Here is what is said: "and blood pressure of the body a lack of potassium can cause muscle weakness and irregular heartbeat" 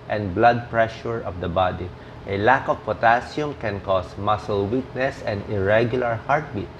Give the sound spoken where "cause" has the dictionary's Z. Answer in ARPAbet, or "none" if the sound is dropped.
S